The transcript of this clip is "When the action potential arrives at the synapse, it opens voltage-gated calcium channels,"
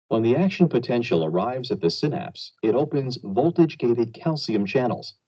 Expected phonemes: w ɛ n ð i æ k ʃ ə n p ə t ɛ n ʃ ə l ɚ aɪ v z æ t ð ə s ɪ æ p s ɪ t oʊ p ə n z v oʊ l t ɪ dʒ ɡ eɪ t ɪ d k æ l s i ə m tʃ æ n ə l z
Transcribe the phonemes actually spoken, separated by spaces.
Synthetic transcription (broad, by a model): w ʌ n ð i æ k ʃ ə n p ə t ɛ n ʃ l ɚ aɪ v z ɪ t ð ə s ɪ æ p s ɪ t oʊ p ə n z v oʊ l t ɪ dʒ ɡ eɪ t ɪ d k æ l s i ə m tʃ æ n l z